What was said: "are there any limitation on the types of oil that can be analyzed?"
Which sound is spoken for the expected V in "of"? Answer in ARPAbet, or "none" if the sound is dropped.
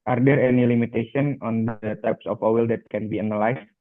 W